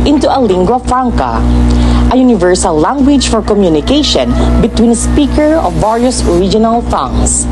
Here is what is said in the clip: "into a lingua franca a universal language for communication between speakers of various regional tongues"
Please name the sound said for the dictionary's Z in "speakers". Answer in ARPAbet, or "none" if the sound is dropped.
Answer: none